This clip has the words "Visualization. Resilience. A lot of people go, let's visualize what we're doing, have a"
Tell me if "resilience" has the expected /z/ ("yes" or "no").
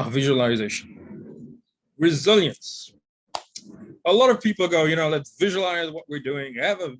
yes